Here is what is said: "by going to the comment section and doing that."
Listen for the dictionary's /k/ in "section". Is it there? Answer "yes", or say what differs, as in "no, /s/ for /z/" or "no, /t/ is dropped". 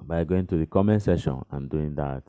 no, /k/ is dropped